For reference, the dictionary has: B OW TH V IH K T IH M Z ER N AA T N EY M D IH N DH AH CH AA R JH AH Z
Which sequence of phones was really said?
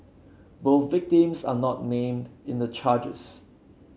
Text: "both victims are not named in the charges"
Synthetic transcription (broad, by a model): B OW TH V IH K T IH M S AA N AA T N EY M D IH N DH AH CH AA JH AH S